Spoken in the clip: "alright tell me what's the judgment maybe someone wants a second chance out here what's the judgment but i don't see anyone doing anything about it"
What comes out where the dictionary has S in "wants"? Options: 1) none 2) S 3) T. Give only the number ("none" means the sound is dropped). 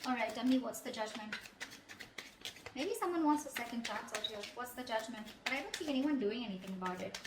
2